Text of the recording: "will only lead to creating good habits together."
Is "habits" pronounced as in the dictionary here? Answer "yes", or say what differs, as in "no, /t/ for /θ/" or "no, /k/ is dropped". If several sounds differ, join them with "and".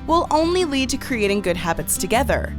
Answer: yes